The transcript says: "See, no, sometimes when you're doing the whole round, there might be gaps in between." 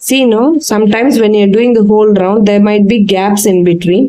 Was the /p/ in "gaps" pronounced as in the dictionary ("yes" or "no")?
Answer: yes